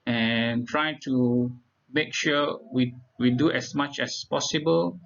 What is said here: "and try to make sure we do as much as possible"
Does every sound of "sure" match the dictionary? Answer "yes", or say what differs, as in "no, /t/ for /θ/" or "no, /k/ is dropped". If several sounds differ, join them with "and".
no, /w/ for /ɹ/